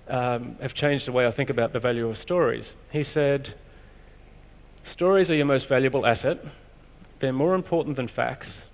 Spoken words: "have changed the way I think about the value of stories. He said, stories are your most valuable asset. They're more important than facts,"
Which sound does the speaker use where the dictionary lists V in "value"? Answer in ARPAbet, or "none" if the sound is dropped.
V